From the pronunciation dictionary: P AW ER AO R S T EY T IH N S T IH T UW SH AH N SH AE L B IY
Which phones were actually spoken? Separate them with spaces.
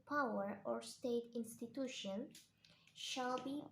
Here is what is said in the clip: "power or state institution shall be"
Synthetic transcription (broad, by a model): P AW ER AO R S T EY T IH N S T IH T UW SH AH N SH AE L B IY